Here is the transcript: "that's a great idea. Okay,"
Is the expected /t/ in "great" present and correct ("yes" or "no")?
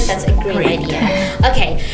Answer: no